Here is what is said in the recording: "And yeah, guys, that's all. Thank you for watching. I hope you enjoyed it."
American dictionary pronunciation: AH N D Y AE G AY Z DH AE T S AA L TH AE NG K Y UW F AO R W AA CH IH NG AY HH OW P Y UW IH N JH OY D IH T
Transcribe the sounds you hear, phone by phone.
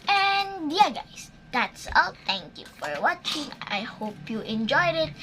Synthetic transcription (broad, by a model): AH N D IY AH G AY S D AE T S AA L T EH NG K Y UW F AO R W AA CH IH NG AY HH OW P Y UW IH N JH OY D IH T